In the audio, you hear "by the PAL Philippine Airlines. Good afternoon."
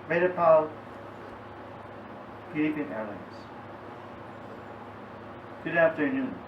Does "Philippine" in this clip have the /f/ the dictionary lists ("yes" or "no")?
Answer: no